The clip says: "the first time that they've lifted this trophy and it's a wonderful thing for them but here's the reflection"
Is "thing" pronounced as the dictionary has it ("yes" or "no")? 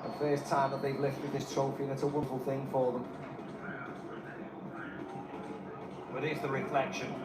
yes